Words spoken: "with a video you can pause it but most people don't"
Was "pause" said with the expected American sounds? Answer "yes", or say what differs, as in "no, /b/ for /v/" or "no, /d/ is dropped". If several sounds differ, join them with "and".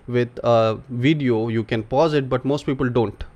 yes